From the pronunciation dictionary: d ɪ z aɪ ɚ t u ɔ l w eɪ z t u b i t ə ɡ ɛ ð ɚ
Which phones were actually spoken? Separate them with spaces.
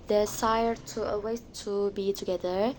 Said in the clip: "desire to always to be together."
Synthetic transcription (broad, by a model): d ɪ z aɪ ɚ t u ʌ w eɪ t u b i t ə ɡ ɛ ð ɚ